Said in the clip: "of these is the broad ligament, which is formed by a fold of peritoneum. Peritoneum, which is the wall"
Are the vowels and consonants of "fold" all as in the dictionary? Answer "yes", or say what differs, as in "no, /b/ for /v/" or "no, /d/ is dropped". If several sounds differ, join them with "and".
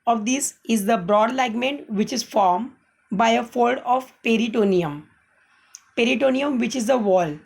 yes